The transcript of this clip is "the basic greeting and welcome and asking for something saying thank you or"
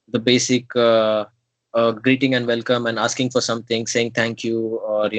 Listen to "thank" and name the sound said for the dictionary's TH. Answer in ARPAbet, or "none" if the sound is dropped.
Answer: T